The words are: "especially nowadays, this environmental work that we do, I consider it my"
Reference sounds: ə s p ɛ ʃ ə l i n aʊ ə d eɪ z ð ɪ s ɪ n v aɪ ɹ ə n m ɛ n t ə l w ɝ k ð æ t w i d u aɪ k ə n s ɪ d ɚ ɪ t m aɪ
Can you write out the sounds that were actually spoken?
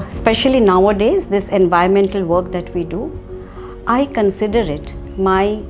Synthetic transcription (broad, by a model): s p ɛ ʃ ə l i n aʊ ə d eɪ z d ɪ s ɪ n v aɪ ə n m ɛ n t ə l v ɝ k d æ t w i d u aɪ k ə n s ɪ d ɚ ɪ t m aɪ